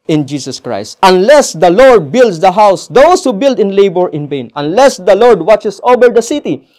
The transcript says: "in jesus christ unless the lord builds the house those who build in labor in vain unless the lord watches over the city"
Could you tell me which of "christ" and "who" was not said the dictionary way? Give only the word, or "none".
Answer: none